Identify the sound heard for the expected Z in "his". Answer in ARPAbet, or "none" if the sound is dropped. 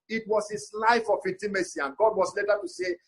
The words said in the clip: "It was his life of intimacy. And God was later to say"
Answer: S